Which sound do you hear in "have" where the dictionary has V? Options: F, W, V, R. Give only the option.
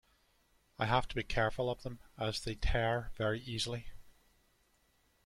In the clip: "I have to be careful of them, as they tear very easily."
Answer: F